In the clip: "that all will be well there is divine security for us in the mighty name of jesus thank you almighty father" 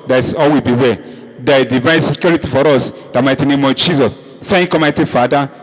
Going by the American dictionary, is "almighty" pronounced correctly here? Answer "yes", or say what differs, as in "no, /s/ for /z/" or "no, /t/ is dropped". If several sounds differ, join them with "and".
no, /l/ is dropped